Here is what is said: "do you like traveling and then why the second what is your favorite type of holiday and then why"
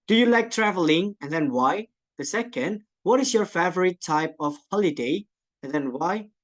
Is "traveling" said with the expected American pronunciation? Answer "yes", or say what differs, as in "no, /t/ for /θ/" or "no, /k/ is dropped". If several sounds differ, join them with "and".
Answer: yes